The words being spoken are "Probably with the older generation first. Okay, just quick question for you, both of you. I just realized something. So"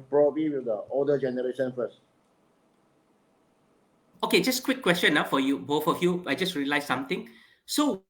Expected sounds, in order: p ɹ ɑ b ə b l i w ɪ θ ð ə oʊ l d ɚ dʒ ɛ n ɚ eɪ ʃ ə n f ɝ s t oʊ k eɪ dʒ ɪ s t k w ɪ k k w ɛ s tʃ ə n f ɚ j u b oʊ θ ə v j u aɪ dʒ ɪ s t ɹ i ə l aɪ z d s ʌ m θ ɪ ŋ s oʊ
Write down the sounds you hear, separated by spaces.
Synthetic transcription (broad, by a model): p ɹ ɑ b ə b l i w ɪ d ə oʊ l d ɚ dʒ ɛ n ɚ eɪ ʃ ə n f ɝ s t oʊ k eɪ dʒ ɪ s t k w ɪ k k w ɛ s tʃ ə n f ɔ j u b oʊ f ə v j u aɪ dʒ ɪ s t ɹ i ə l aɪ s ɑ m t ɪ ŋ s oʊ